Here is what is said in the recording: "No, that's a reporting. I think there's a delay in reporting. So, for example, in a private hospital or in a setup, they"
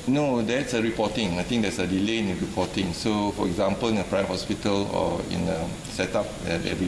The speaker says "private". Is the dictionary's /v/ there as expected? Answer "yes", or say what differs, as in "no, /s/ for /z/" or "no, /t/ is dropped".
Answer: no, /v/ is dropped